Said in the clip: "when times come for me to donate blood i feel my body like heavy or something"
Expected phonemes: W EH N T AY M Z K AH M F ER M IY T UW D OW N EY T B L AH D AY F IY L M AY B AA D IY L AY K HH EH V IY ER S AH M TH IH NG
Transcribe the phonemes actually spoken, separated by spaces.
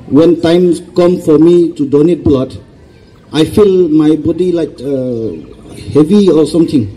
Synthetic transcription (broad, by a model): W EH N T AY M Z K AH M F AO M IY T UW D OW N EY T B L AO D AY F IY L M AY B AA D IY L AY K HH EH V IY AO S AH M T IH NG